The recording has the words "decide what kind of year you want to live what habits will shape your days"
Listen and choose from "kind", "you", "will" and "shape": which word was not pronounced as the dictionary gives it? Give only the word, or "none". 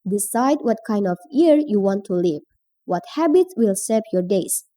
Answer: shape